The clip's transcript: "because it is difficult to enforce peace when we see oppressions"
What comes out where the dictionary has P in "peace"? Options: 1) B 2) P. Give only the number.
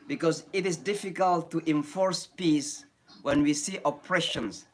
2